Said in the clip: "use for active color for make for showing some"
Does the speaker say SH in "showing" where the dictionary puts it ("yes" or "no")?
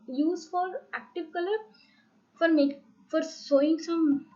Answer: no